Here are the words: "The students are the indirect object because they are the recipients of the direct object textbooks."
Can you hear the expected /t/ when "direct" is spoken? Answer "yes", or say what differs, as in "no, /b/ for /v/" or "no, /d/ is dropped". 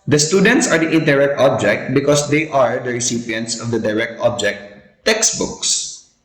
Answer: yes